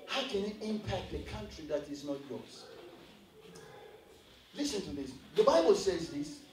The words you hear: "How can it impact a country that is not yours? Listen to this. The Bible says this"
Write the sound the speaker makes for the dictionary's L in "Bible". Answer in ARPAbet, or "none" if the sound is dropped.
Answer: L